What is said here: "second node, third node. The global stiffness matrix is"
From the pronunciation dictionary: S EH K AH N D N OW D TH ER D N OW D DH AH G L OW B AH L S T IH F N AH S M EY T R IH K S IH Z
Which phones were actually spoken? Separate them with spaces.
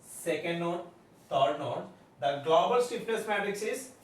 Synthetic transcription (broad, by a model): S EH K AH N D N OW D T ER D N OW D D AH G L OW B AH L S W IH P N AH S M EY T R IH K S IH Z